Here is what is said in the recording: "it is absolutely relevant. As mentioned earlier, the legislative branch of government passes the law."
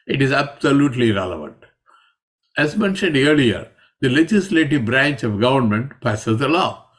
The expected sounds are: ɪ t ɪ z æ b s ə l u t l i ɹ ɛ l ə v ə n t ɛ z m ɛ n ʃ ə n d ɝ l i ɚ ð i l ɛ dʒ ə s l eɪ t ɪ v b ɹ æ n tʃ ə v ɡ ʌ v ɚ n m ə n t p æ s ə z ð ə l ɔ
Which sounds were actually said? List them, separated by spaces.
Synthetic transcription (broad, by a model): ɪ t ɪ z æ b s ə l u t l i ɹ ɛ l ə v ə n t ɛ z m ɛ n ʃ ə n d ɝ l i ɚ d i l ɛ dʒ ə s l eɪ t ɪ v b ɹ æ n tʃ ə v ɡ ʌ v ɚ n m ə n t p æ s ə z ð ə l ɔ